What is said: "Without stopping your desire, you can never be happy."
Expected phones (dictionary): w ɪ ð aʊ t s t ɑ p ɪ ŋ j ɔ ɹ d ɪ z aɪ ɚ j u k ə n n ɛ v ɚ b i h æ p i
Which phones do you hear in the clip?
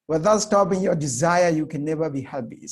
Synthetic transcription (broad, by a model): w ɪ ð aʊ t s t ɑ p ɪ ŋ j ɔ ɹ d ɪ z aɪ ɚ j u k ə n n ɛ v ɚ b i h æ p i